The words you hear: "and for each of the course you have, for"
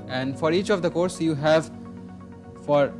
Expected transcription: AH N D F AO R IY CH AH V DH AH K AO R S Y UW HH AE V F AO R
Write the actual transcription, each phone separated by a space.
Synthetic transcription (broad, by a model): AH N D F AO R IY CH AH V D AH K AO R S Y UW HH AE V F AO R